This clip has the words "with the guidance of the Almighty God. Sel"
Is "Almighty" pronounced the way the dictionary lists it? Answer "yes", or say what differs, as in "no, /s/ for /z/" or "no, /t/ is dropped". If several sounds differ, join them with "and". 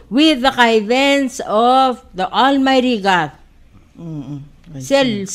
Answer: yes